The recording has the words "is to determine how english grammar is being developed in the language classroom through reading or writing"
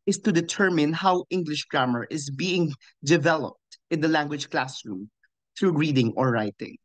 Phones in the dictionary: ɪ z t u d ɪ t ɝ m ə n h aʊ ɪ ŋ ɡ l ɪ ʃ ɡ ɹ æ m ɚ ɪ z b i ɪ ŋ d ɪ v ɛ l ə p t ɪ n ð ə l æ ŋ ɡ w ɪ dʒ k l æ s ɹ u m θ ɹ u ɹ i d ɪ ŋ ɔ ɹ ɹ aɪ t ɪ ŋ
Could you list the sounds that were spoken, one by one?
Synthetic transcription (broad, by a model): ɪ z t u d ɪ t ɝ m ə n h aʊ ɪ ŋ ɡ l ɪ ʃ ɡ ɹ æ m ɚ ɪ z b i ɪ ŋ d ɪ v ɛ l ə p t ɪ n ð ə l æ ŋ ɡ w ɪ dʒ k l æ s ɹ u m θ ɹ u ɹ i d ɪ ŋ ɔ ɹ ɹ aɪ t ɪ ŋ